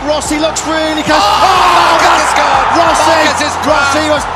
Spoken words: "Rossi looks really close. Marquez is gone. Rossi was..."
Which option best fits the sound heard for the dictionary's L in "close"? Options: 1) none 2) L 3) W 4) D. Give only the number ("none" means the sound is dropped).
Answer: 1